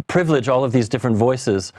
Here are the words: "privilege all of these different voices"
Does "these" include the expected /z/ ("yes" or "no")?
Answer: yes